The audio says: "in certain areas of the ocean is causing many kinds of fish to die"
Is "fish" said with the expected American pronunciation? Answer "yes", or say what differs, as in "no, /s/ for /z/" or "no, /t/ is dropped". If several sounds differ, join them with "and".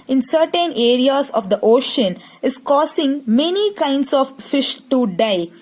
yes